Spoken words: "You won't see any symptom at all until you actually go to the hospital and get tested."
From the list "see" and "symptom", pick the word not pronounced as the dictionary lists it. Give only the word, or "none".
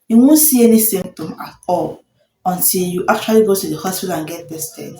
symptom